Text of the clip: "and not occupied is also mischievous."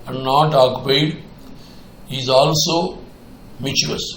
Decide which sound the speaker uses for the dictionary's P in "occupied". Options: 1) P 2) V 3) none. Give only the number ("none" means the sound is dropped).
3